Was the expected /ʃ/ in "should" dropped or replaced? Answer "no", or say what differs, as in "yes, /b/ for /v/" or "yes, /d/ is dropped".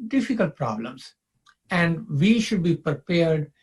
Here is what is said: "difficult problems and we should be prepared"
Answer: no